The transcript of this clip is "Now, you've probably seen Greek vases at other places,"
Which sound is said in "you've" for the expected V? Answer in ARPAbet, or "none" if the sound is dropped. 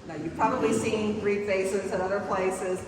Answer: P